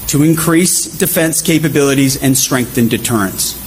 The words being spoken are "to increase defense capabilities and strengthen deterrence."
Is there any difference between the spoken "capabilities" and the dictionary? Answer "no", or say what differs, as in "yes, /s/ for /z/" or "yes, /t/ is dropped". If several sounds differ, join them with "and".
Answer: no